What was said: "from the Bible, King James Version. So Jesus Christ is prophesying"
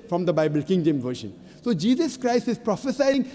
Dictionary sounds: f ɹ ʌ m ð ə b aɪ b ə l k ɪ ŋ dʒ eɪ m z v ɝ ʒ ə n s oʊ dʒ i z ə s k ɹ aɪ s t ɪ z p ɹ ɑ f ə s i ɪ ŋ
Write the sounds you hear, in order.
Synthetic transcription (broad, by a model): f ɹ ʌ m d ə b aɪ b ə l k ɪ ŋ dʒ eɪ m v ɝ ʃ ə n s oʊ dʒ i z ə s k ɹ aɪ s t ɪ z p ɹ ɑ f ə s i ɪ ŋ